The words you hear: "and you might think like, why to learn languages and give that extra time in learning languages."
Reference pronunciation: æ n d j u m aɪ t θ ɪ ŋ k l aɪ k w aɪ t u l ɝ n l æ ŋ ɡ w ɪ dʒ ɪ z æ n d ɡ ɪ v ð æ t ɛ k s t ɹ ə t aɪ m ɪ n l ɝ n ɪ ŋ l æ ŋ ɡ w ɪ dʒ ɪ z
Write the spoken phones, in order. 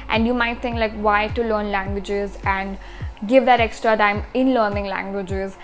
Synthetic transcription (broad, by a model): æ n d j u m aɪ t t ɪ ŋ k l aɪ k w aɪ t u l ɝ n l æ ŋ ɡ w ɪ dʒ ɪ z æ n d ɡ ɪ v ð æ t ɛ k s t ɹ ə t aɪ m ɪ n l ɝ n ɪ ŋ l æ ŋ ɡ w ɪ dʒ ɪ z